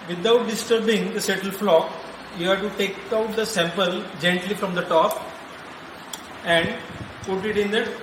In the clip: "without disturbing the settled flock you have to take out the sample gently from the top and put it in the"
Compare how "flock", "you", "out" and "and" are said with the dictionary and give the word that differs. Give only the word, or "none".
none